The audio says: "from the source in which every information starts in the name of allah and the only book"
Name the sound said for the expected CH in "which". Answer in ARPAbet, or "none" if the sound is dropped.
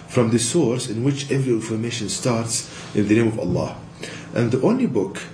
CH